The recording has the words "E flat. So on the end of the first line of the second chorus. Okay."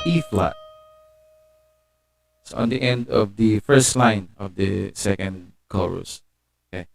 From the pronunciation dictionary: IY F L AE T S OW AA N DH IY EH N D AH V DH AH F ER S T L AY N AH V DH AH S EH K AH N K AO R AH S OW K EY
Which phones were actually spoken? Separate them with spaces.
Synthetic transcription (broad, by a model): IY F L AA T S OW AA N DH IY EH N D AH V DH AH F ER S T L AY N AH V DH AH S EH K AH N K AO R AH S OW K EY